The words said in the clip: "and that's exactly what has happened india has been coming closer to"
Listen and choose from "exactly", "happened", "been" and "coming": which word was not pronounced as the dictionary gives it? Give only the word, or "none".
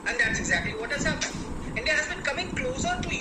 happened